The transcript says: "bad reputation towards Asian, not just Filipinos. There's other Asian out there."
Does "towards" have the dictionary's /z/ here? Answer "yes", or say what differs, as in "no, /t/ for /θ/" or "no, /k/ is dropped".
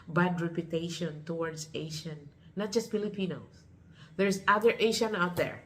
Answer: no, /s/ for /z/